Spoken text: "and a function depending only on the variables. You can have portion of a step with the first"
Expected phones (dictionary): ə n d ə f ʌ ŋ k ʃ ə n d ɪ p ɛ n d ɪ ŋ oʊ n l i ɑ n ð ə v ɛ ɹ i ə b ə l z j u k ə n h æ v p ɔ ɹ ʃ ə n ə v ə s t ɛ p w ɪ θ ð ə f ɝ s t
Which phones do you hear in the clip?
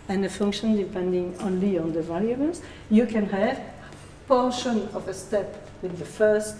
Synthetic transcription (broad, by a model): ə n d ə f ʌ ŋ k ʃ ə n d ɪ p ɛ n d ɪ ŋ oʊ n l i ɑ n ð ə v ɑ l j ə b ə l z j u k ə n h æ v p ɔ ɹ ʃ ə n ə v ə s t ɛ p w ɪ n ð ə f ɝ s t